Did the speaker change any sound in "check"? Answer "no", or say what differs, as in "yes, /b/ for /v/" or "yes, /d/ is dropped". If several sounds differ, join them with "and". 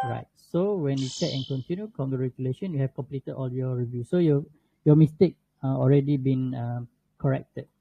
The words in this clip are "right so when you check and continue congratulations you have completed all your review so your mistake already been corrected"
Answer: yes, /s/ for /tʃ/